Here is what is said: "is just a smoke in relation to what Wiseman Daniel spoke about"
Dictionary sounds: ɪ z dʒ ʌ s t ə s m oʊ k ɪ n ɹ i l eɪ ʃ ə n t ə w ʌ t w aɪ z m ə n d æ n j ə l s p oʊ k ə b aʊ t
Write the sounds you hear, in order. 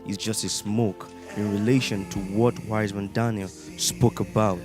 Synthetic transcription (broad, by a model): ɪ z dʒ ʌ s t ə s m oʊ k ɪ n ɹ i l eɪ ʃ ə n t ə w ʌ t w aɪ z m ə n d æ n j ə l s p oʊ k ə b aʊ t